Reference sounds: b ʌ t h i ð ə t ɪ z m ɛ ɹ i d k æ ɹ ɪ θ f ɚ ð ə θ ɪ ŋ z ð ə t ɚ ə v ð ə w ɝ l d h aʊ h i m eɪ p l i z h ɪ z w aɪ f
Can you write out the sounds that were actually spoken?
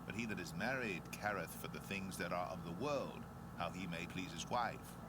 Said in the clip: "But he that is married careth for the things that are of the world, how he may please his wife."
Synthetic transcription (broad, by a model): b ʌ t h i ð ə t ɪ z m ɛ ɹ i d k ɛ ɹ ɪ θ f ɚ ð ə θ ɪ ŋ z ð ə t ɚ ə v ð ə w ɝ l d h aʊ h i m eɪ p l i z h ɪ z w aɪ f